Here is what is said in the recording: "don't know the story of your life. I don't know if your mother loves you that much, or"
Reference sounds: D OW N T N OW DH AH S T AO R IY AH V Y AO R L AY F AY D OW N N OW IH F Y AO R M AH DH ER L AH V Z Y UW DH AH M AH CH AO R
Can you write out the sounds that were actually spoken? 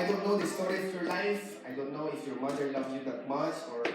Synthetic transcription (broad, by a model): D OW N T N OW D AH S T AO R IY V Y AO R L AY F AY D OW N N OW IH F Y AO R M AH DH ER L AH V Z Y UW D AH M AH S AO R